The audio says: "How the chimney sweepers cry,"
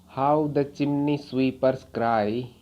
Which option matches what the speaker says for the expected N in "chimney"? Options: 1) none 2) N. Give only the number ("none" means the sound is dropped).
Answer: 2